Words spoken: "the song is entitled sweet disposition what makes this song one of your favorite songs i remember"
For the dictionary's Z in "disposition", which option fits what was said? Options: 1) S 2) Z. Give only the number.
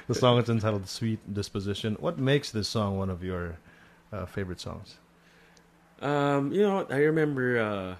2